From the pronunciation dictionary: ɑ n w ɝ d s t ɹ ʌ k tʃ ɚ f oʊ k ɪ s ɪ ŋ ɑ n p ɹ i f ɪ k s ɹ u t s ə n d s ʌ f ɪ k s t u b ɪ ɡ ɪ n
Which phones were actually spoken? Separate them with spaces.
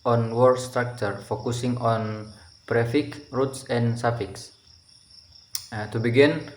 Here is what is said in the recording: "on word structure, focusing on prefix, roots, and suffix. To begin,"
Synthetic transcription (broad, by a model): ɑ n w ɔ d s t ɹ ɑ k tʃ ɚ f oʊ k ɪ s ɪ ŋ ɑ n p ɹ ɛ f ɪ k ɹ u t s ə n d s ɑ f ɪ k s t u b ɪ ɡ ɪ n